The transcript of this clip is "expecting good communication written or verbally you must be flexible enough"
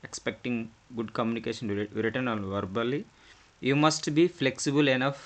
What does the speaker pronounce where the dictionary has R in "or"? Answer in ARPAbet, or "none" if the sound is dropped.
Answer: L